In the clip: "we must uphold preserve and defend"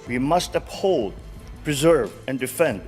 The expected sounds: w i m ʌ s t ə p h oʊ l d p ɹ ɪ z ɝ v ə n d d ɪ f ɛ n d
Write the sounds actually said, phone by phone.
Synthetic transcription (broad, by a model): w i m ʌ s t ə p h oʊ l d p ɹ ɪ z ɝ v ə n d d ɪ f ɛ n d